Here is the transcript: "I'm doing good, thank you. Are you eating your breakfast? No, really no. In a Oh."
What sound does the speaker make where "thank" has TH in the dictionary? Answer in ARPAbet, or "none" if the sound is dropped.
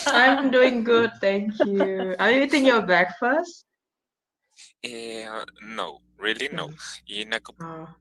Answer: T